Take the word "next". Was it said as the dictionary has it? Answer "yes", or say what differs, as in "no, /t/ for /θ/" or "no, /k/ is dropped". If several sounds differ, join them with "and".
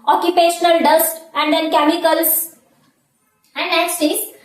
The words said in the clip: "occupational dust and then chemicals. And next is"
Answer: no, /k/ is dropped